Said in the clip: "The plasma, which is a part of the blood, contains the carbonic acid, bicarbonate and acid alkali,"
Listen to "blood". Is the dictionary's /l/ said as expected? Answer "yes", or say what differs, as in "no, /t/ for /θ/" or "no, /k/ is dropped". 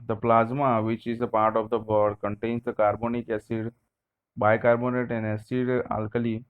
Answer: no, /l/ is dropped